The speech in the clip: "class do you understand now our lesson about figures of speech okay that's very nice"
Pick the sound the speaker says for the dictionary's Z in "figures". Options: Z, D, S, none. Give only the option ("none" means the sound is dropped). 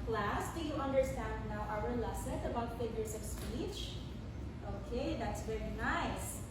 S